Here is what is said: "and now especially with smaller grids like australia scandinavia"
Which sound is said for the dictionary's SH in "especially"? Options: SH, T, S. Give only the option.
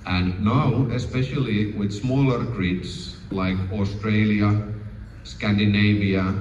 SH